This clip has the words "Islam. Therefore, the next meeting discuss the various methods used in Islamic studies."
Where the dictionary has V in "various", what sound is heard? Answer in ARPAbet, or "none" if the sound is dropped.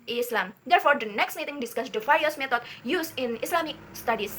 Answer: F